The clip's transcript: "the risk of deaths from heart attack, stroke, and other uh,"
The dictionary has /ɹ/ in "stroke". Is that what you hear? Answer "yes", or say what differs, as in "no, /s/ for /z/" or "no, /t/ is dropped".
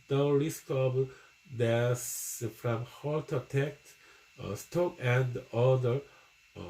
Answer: no, /ɹ/ is dropped